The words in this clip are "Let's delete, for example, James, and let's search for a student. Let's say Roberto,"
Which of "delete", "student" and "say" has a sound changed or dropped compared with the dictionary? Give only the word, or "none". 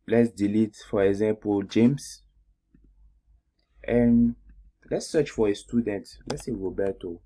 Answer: none